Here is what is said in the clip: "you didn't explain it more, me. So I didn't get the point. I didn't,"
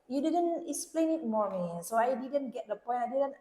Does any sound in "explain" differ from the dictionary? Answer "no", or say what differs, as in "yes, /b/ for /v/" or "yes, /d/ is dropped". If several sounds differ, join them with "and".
no